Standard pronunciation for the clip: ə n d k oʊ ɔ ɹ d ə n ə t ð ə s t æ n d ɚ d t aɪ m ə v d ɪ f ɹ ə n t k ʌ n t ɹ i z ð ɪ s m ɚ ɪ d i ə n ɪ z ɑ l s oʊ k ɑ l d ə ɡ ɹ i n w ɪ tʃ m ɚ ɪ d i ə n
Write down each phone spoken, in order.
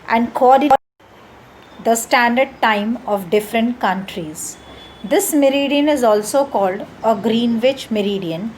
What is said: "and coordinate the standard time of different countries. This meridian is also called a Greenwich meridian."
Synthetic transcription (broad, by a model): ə n d k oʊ ɔ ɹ d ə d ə s t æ n d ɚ d t aɪ m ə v d ɪ f ɹ ə n t k ʌ n t ɹ i z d ɪ s m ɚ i d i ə n ɪ z ɑ l s oʊ k ɑ l d ə ɡ ɹ i n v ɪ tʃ m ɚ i d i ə n